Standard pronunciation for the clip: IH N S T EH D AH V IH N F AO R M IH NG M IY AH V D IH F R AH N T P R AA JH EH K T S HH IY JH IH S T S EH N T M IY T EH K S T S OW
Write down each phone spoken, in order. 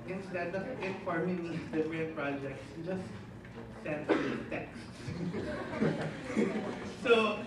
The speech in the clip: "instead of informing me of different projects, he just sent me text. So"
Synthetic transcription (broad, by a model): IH N S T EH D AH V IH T F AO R M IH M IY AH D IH R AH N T P R AA JH EH K T S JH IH S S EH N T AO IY T EH K S T S OW